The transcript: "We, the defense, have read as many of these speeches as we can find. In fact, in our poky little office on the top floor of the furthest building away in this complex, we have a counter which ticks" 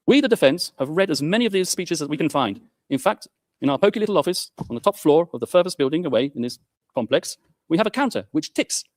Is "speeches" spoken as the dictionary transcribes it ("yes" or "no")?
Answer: yes